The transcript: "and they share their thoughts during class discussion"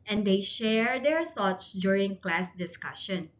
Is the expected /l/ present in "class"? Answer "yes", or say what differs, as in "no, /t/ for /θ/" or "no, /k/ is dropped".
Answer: yes